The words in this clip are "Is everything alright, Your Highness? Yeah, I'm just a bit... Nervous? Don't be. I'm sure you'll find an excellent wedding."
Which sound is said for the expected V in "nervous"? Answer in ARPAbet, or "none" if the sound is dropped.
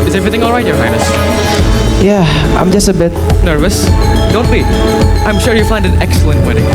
V